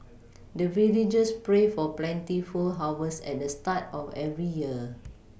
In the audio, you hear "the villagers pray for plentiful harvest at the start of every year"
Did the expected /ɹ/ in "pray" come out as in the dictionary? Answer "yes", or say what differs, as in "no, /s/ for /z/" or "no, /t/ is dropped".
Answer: yes